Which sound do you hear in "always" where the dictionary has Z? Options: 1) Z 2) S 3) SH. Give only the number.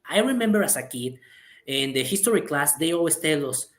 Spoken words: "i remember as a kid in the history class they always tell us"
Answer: 2